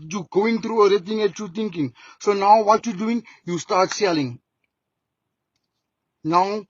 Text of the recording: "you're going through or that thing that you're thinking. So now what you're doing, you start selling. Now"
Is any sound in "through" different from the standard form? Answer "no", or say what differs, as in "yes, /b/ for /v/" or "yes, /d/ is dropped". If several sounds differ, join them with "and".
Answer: yes, /t/ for /θ/